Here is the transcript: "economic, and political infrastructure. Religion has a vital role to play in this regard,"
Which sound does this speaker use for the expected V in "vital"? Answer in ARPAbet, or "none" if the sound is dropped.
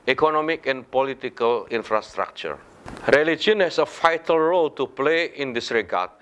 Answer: F